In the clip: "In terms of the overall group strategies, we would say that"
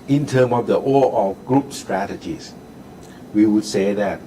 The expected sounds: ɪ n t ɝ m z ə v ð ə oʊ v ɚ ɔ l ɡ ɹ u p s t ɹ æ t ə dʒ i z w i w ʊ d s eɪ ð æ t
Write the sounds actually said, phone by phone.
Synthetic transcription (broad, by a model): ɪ n t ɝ m ə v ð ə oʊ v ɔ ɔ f ɡ ɹ u p s t ɹ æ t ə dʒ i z w i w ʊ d s eɪ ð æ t